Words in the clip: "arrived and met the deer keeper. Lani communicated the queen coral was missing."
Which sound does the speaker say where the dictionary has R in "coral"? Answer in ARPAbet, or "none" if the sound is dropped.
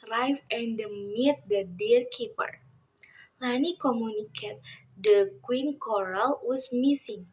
R